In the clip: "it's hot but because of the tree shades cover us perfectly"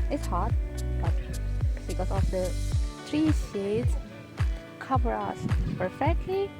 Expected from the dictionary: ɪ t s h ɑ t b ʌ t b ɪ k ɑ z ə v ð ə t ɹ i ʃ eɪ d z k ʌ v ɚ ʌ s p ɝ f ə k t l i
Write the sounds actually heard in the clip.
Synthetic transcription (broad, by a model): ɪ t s h ɑ t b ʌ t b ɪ k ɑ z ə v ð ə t ɹ i s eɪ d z k ʌ v ɚ ʌ s p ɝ f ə k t l i